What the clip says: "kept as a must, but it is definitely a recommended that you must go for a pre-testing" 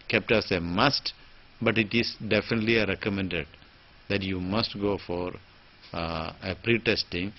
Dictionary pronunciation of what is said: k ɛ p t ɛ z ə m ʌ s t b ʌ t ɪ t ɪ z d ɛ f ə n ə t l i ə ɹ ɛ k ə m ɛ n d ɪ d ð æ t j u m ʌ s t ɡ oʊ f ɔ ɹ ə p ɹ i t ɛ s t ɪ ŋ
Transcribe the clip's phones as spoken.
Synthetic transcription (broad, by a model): k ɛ p t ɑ s ə m ʌ s t b ʌ t ɪ t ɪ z d ɛ f ə n ə t l i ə ɹ ɛ k ə m ɛ n d ɪ d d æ t j u m ʌ s t ɡ oʊ f ɔ ɹ ə p ɹ i t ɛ s t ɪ ŋ